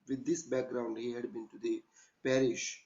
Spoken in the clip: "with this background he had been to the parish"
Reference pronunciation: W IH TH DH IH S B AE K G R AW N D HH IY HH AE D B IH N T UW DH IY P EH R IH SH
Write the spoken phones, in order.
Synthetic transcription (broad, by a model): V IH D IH S B AE K G R AW N D HH IY HH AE D B IH N T UW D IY P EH R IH SH